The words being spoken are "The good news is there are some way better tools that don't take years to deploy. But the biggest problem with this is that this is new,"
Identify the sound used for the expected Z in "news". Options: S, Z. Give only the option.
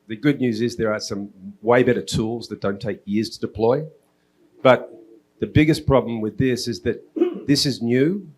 Z